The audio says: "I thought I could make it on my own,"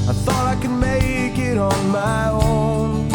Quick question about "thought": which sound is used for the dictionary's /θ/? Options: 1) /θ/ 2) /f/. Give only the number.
1